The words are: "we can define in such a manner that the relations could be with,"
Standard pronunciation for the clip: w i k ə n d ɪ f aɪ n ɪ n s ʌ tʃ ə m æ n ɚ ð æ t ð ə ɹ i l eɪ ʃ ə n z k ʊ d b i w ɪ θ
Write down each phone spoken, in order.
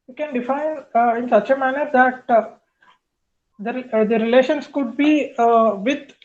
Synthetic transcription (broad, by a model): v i k ə n d ɪ f aɪ n ɪ n s ʌ tʃ ə m æ n ɚ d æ t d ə ɹ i l eɪ ʃ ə n s k ʊ d b i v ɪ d